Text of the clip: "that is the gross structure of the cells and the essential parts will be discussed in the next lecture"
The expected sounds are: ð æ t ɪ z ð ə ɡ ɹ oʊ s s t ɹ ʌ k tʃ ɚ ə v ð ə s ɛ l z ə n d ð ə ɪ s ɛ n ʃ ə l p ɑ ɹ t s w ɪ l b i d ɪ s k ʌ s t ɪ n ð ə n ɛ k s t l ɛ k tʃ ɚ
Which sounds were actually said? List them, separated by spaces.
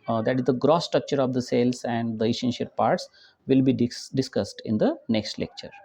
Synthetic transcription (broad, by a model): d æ t ɪ z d ə ɡ ɹ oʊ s s t ɹ ʌ k tʃ ɚ ə v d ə s ɛ l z ə n d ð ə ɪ ʃ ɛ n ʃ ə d p ɑ ɹ t s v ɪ l b i d ɪ s k ʌ s t ɪ n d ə n ɛ k s t l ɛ k tʃ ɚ